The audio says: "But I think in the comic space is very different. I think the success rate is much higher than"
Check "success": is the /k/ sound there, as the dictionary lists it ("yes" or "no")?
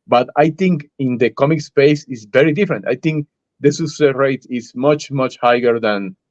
no